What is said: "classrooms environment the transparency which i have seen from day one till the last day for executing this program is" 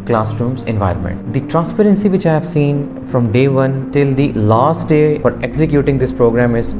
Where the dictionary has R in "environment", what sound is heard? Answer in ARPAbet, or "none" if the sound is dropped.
R